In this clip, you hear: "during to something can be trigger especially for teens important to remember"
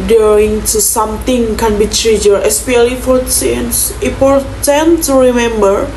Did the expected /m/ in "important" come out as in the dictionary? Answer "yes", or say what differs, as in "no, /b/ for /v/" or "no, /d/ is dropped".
no, /m/ is dropped